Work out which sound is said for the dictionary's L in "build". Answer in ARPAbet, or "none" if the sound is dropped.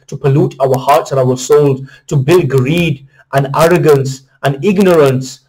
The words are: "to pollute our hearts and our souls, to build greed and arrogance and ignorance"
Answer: L